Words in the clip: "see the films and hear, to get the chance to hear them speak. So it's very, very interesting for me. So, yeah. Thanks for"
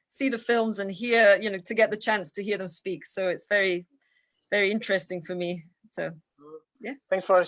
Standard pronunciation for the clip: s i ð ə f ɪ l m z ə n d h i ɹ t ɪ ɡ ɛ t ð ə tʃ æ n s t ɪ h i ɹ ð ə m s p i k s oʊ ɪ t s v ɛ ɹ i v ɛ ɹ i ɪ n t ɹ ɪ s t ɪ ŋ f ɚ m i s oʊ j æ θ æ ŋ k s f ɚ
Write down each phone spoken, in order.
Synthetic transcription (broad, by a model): s i ð ə f ɪ l m z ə n h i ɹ t ɪ ɡ ɛ t ð ə tʃ æ n s t ɪ h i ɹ ð ə m s p i k s oʊ ɪ t s v ɛ ɹ i v ɛ ɹ i ɪ n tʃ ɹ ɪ s t ɪ ŋ f ɚ m i s oʊ j æ θ æ ŋ k s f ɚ